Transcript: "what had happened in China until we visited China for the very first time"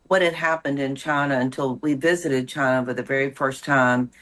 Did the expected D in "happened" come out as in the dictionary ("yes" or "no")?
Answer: yes